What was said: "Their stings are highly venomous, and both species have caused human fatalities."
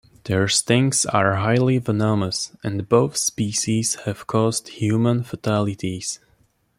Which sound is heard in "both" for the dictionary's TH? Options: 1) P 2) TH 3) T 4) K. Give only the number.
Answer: 2